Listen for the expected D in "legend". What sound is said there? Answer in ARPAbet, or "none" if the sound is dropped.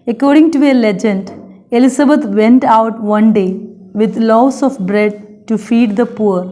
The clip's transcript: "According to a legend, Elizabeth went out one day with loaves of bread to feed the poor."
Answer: D